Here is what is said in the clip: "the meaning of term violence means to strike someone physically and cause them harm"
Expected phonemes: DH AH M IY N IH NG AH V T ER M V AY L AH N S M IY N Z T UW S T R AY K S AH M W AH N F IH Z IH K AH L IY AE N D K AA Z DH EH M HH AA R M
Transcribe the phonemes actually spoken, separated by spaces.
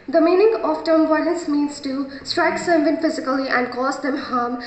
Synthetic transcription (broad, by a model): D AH M IY N IH NG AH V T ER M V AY N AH S M IY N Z T UW S T R AY K S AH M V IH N F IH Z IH K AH L IY AE N D K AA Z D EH M HH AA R M